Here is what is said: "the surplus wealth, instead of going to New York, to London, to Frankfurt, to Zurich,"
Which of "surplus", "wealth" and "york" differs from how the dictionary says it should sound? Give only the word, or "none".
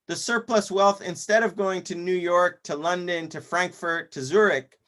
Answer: none